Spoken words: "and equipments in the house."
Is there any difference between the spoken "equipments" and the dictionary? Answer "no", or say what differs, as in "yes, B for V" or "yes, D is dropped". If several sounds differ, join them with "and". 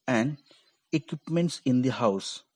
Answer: no